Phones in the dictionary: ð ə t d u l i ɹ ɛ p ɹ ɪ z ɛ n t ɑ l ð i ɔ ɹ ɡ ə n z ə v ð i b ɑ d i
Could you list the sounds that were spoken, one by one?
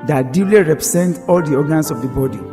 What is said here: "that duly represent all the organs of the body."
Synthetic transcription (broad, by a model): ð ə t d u l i ɹ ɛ p ɹ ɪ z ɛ n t ɑ l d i ɔ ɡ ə n s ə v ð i b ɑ d i